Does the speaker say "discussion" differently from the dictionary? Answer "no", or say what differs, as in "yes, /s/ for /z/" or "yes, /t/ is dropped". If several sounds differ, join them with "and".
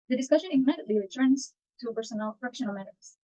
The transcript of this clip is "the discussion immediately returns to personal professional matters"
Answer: no